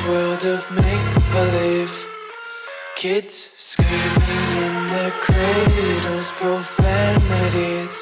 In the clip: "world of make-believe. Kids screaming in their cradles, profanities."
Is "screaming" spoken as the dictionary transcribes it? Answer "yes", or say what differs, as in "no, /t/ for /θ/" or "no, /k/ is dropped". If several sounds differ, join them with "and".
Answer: no, /ɹ/ is dropped